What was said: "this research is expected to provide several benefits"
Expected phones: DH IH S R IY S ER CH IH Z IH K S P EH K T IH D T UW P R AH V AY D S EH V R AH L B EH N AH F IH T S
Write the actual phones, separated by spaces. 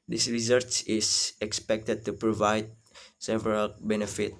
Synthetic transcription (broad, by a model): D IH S R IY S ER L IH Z IH K S P EH K T IH D T UW P R AH V AY D S EH V R AH L B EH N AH F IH T